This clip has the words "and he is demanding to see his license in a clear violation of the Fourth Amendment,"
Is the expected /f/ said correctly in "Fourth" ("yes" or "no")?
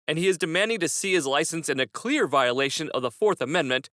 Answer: yes